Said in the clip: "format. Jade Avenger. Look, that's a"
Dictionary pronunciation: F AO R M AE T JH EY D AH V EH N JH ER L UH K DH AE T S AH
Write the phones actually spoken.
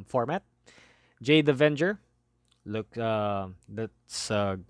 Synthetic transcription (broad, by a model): F AO R M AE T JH EY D AH V EH N JH ER L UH K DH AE T S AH